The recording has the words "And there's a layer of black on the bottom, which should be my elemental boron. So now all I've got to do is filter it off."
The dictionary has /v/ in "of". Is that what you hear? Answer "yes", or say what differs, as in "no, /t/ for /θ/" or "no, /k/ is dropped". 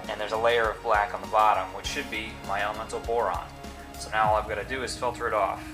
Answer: yes